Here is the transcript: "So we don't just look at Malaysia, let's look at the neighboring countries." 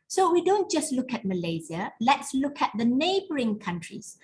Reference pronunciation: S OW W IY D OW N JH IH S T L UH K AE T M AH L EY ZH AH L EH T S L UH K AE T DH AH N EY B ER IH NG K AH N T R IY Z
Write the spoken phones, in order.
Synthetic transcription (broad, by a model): S OW W IY D OW N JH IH S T L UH K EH T M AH L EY Z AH L EH T S L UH K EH T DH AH N EY B ER IH NG K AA N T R IY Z